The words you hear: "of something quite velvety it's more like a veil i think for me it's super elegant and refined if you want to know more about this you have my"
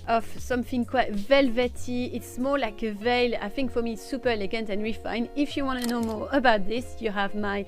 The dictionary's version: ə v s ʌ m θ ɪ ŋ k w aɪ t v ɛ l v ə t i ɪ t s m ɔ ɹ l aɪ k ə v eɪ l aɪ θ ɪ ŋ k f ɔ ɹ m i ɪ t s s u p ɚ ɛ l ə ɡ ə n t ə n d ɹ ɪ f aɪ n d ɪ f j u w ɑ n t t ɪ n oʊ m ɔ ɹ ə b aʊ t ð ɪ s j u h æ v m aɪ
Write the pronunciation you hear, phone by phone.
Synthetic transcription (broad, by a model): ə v s ʌ m θ ɪ ŋ k w aɪ t v ɛ l v ə t i ɪ t s m ɔ ɹ l aɪ k ə v eɪ l aɪ θ ɪ ŋ k f ɔ ɹ m i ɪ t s s u p ɚ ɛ l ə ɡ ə n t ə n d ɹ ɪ f aɪ n ɪ f j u w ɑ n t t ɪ n oʊ m ɔ ɹ ə b aʊ t ð ɪ s j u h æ v m aɪ